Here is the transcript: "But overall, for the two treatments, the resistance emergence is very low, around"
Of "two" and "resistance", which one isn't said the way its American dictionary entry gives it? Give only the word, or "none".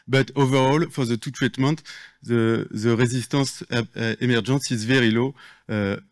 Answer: resistance